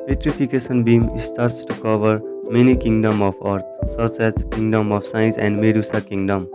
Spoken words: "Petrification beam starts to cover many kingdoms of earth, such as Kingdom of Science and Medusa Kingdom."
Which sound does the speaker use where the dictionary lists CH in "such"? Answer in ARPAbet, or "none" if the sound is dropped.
S